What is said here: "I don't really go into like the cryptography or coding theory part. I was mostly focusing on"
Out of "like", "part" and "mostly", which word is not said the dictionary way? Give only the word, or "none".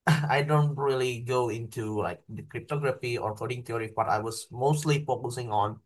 part